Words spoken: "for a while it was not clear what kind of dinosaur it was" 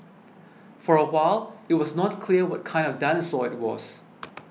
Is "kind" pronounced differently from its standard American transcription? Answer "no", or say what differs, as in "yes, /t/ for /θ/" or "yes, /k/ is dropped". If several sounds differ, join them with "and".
no